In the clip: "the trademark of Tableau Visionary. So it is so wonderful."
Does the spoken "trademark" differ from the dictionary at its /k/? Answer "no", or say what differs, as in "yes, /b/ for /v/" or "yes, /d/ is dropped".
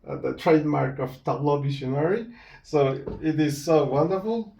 no